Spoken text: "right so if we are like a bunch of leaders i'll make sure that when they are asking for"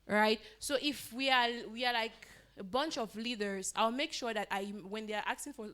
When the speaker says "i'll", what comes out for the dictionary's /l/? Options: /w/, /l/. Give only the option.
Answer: /l/